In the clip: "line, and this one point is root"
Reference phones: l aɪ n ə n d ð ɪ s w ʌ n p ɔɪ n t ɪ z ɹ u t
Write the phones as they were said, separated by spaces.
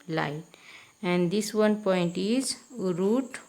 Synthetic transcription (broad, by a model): l aɪ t ə n d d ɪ s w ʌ n p ɔɪ n t ɪ z ɹ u t